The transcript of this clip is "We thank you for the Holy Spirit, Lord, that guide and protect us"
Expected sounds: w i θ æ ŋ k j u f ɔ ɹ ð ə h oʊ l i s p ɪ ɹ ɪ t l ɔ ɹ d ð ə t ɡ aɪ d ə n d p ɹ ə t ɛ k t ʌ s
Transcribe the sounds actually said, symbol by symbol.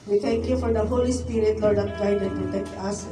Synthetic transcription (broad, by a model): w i t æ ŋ k j u f ɔ ɹ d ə h oʊ l i s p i ɹ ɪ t l ɔ ɹ d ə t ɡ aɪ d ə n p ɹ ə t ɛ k t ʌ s